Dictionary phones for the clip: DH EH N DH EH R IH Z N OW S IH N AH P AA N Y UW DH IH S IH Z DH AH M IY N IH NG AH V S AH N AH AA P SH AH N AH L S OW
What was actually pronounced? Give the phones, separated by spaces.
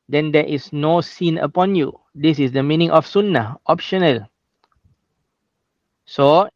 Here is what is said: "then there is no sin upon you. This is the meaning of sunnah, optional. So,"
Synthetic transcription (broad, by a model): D EH N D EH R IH S N OW S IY N AH P AA N Y UW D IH S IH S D AH M IY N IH NG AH F S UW N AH AA P SH AH N AH L S OW